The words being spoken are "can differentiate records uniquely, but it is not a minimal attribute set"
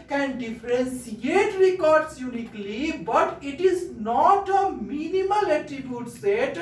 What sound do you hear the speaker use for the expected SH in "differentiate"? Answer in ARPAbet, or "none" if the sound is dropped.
S